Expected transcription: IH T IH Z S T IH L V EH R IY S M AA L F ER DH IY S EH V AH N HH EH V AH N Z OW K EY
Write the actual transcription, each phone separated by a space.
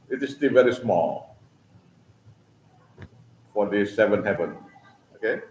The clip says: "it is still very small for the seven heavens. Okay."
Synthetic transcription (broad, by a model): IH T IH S T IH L V EH R IY S M AA L F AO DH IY S EH V AH N HH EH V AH N OW K EY